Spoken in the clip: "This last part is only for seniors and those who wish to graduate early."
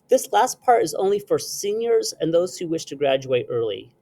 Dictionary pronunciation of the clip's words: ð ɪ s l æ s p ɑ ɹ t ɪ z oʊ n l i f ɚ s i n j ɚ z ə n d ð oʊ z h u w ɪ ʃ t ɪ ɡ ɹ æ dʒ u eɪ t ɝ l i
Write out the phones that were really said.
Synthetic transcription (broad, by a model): ð ɪ s l æ s p ɑ ɹ t ɪ z oʊ n l i f ɚ s i n j ɚ z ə n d ð oʊ z h u w ɪ ʃ t ɪ ɡ ɹ æ dʒ u eɪ t ɝ l i